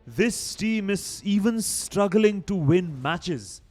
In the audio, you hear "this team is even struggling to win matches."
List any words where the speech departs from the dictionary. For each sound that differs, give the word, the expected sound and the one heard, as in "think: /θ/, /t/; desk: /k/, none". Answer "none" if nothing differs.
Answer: none